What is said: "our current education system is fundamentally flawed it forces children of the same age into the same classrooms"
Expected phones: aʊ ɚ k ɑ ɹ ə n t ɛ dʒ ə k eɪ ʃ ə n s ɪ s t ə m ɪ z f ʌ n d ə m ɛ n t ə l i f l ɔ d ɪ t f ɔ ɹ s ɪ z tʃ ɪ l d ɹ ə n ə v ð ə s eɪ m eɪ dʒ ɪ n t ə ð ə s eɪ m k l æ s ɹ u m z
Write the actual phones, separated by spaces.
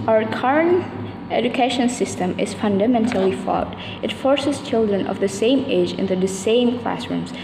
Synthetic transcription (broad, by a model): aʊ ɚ k ɑ ɹ ə n t ɛ dʒ ə k eɪ ʃ ə n s ɪ s t ə m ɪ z f ʌ n d ə m ɛ n t ə l i f ɔ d ɪ t f ɔ ɹ s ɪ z tʃ ɪ l d ɹ ə n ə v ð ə s eɪ m eɪ dʒ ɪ n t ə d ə s eɪ m k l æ s ɹ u m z